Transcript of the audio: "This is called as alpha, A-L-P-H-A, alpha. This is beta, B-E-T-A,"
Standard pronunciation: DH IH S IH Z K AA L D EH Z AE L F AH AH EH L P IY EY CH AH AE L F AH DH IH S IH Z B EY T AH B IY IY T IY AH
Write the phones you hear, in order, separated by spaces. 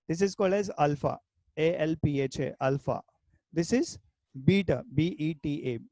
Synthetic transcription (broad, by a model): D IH S IH Z K AA L D EH Z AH L F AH AH EH L P IY EY CH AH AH L F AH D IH S IH Z B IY T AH B IY IY T IY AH